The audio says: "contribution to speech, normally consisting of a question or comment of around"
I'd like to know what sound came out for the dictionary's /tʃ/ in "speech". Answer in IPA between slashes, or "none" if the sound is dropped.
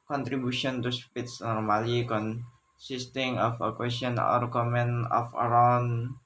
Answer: /s/